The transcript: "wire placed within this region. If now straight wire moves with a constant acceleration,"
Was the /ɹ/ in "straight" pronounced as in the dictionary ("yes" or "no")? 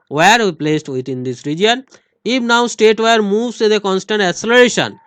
no